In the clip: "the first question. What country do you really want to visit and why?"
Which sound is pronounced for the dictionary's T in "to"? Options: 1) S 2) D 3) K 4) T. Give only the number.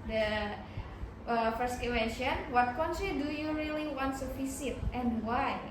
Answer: 1